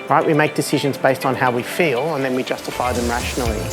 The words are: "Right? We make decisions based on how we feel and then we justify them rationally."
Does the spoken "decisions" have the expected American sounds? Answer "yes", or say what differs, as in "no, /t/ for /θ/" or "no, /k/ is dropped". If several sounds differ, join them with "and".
yes